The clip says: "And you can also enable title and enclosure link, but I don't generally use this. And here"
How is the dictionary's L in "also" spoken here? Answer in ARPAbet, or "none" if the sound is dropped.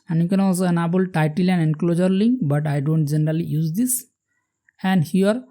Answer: none